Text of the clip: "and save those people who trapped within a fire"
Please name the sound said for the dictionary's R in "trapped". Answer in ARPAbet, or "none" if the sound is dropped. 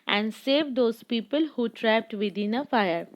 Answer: R